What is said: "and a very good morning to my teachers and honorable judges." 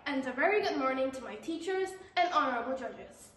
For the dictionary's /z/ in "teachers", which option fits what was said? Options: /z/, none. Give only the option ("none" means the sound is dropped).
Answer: /z/